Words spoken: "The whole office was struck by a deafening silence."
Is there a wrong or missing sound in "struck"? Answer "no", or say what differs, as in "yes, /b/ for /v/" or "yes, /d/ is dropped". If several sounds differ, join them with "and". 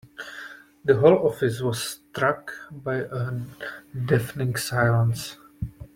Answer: no